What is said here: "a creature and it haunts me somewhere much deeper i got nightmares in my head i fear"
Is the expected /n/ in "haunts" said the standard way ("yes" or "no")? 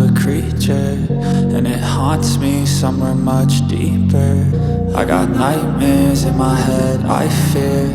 yes